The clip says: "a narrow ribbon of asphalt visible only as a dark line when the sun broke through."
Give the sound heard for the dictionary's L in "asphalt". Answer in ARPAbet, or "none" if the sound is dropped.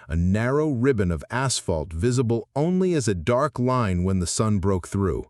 L